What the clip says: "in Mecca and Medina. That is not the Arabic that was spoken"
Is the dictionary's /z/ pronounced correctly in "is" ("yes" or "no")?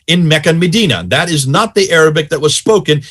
yes